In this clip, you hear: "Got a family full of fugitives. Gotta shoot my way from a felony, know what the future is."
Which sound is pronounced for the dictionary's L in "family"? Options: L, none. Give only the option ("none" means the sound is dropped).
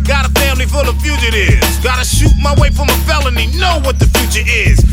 L